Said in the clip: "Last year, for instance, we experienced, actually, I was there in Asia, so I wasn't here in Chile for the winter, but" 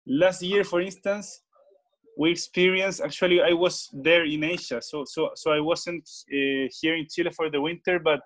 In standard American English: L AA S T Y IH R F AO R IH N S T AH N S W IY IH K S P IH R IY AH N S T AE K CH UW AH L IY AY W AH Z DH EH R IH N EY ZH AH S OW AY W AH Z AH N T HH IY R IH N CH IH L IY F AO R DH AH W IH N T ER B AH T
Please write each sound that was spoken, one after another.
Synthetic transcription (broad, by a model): L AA S T Y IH R F AO R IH N S T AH N S W IY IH K S P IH R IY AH N S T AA K CH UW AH L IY AY W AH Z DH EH R IH N EY S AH S OW AY W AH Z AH N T HH IY R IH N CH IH L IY F AO R DH AH W IH N T ER B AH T